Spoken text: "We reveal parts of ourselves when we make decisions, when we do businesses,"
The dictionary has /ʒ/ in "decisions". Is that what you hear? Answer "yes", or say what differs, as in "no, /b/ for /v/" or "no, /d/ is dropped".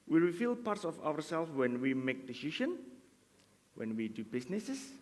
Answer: no, /ʃ/ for /ʒ/